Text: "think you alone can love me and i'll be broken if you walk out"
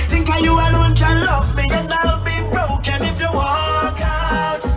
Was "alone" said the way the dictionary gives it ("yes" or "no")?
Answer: no